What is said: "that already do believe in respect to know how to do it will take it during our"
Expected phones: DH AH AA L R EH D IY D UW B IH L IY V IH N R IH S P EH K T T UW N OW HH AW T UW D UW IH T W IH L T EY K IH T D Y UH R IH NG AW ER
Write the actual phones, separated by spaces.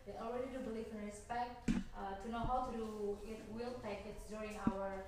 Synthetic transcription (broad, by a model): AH AA L R EH D IY D UW B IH L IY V IH N R IH S P EH K T T UW N OW HH AW T UW D UW IH T W IH L T EY K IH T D Y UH R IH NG AW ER